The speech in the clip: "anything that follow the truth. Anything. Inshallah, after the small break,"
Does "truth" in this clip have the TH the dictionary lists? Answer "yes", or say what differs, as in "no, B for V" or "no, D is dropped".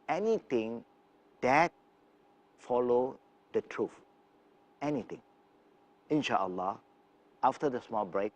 no, F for TH